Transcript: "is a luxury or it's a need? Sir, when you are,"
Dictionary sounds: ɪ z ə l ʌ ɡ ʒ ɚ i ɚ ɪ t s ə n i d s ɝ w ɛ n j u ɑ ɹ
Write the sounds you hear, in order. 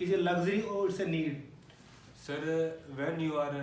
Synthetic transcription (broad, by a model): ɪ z ə l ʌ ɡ z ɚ i ɪ t s ə n i d s ɝ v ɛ n j u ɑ ɹ